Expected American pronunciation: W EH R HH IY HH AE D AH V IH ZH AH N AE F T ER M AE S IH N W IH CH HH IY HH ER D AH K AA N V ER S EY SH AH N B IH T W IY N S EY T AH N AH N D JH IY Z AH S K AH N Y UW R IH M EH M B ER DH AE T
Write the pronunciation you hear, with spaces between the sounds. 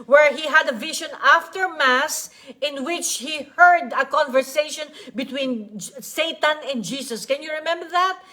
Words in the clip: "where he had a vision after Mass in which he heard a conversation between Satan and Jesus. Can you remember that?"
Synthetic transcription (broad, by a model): W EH R HH IY HH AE D AH V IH SH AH N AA F T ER M AE S IH N W IH CH HH IY HH ER D AH K AA N V ER S EY SH AH N B IH T W IY N S EY T AH N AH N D JH IY S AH S K AH N Y UW R IH M EH M B ER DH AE T